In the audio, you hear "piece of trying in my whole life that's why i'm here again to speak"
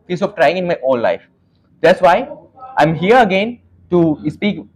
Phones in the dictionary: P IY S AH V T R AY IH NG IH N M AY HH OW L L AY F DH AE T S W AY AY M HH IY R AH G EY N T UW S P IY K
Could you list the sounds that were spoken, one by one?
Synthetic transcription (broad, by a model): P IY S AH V T R AY IH NG IH N M AY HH OW N L AY F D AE T S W AY AY M HH IY R AH G EY N T UW S P IY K